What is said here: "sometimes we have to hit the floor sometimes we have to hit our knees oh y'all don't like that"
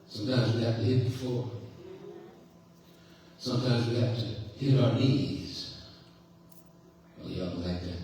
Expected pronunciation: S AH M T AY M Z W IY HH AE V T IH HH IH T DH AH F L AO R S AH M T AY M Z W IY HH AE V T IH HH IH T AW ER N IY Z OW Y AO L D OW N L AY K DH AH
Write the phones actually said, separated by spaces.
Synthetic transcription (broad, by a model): S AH M T AY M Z W IY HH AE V T IH HH IH T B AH F AO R S AH M T AY M Z W IY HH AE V T IH HH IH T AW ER N IY Z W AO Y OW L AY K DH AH